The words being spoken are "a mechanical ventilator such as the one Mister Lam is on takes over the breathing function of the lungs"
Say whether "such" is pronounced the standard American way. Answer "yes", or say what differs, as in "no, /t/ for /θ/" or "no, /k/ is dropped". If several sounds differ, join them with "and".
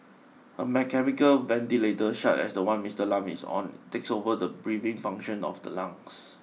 no, /ʃ/ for /s/